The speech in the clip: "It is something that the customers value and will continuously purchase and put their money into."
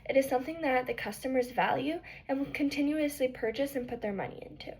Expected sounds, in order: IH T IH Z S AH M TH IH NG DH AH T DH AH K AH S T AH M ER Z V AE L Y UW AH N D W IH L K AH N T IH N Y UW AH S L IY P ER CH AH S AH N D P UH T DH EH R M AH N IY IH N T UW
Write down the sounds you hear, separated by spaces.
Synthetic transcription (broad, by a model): IH T IH Z S AH M TH IH NG DH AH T DH AH K AH S T AH M ER Z V AE L Y UW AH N W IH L K AH N T IH N Y UW AH S L IY P ER CH AH S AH N P UH T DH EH R M AH N IY IH N T UW